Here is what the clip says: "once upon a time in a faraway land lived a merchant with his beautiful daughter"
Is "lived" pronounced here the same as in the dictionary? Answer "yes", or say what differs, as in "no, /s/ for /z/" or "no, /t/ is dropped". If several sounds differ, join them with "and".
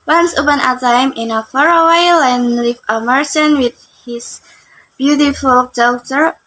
no, /d/ is dropped